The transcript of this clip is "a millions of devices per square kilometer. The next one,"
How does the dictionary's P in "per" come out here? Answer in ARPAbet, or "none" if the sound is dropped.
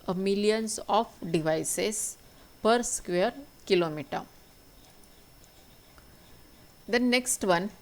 P